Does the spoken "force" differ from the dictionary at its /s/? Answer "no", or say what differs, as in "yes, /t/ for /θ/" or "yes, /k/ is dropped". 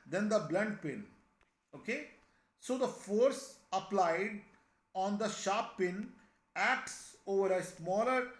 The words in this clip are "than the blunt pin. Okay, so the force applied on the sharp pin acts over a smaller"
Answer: no